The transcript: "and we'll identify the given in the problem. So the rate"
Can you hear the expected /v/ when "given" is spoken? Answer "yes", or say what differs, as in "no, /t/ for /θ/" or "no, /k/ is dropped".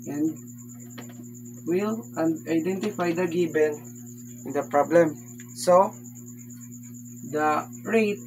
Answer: no, /b/ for /v/